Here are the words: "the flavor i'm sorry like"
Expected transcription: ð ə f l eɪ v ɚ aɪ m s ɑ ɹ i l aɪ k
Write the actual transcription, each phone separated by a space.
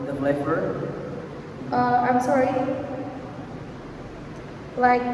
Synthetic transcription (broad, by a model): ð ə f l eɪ f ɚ aɪ m s ɑ ɹ i l aɪ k